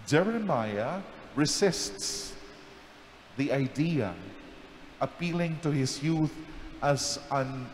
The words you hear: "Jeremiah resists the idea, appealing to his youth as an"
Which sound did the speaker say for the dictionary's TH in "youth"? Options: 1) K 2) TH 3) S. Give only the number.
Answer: 2